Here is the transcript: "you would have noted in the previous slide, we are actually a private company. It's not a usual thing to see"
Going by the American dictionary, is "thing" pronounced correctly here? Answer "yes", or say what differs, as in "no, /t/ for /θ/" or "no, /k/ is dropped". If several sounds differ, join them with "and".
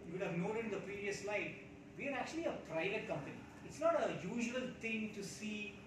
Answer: no, /t/ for /θ/